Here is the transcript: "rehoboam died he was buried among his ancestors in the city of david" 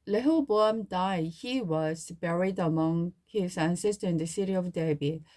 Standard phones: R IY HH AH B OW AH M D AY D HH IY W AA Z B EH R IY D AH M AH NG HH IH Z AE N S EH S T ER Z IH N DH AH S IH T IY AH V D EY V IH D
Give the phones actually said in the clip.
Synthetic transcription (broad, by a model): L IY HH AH B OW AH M D AY D HH IY W AA Z B EH R IY D AH M AH NG HH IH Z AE N S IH S T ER IH N DH AH S IH T IY AH V D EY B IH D